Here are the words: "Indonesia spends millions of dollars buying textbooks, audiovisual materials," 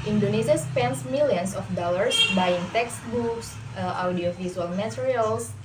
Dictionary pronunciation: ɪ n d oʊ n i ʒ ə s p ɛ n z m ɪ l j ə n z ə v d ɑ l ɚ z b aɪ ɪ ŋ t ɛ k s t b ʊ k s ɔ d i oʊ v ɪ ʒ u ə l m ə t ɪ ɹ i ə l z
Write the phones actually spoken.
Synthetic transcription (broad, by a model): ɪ n d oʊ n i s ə s p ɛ n s m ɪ l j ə n s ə f d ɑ l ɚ s b aɪ ɪ ŋ t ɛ k s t b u k s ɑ d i oʊ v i z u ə l m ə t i ɹ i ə l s